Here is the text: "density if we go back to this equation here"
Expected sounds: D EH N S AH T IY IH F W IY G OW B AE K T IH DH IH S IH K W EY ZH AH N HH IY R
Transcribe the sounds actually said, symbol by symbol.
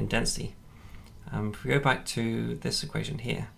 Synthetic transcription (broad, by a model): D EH N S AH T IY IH W IY G OW B AE K T IH DH IH S IH K W EY ZH AH N HH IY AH